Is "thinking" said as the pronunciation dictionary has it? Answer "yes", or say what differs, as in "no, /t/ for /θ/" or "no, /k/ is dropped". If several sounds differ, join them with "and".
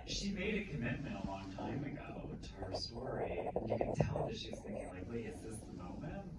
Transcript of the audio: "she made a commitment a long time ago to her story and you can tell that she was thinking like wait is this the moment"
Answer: yes